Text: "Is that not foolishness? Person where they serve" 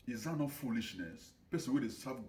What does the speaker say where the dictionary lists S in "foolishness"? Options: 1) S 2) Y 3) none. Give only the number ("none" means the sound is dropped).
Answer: 1